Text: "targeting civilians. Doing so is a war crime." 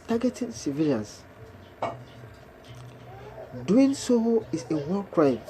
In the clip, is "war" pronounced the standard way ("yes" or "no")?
no